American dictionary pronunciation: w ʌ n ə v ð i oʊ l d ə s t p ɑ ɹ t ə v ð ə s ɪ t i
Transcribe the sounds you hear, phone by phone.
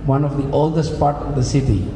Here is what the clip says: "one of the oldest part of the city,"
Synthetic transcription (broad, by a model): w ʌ n ə v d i oʊ l d ə s t p ɑ ɹ t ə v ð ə s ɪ t i